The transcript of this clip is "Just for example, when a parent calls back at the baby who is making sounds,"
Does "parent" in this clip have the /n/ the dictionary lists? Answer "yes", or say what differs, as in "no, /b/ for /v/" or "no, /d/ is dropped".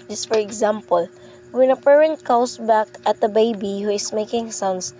yes